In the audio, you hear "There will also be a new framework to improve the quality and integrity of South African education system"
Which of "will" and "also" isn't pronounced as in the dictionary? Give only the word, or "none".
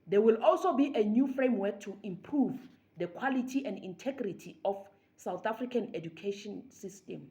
none